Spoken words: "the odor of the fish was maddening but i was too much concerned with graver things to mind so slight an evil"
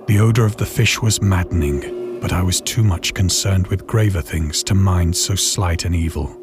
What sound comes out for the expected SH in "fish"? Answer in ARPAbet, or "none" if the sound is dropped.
SH